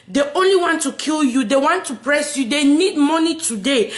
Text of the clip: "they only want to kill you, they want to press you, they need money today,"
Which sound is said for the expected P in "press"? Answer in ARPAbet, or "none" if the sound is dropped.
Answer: P